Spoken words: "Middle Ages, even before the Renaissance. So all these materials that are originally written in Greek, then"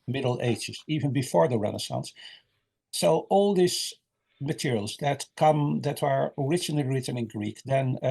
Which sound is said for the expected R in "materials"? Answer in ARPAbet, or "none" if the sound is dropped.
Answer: R